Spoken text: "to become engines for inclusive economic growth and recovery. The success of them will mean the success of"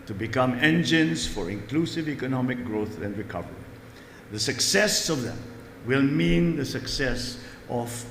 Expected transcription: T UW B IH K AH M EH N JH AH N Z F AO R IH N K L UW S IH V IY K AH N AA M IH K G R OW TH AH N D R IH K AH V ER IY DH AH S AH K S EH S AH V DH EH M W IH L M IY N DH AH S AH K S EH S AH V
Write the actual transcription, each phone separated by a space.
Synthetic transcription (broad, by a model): T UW B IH K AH M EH N JH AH N S F AO R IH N K L UW S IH V IY K AH N AA M IH K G R OW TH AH N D R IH K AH V ER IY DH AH S AH K S EH S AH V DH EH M W IH L M IY N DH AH S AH K S EH S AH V